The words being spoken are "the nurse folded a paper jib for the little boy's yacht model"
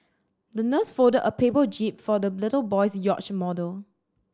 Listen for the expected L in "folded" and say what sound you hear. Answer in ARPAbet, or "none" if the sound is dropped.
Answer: none